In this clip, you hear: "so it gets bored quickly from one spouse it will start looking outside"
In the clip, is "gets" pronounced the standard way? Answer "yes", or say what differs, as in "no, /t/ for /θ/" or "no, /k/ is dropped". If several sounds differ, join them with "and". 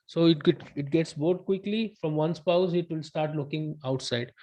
yes